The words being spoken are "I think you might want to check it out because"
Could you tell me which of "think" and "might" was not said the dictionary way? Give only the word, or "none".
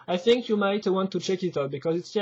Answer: none